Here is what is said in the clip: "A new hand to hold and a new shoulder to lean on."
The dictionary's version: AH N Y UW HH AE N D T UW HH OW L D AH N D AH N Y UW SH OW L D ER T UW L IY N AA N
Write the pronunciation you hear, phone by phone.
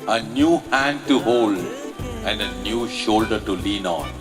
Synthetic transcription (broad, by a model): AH N Y UW HH AE N D T UW HH OW L D AH N D AH N Y UW SH OW L D ER T UW L IY N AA N